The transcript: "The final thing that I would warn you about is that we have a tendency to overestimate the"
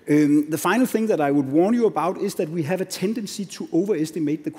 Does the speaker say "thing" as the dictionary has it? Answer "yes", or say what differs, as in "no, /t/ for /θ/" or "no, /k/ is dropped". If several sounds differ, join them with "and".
yes